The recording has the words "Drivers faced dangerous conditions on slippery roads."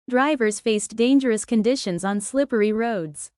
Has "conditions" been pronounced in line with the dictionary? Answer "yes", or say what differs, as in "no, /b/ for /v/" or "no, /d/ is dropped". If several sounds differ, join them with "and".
yes